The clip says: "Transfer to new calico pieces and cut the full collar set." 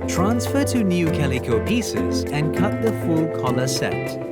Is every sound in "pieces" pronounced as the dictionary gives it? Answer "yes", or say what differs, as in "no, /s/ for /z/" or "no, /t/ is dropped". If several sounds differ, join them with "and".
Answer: yes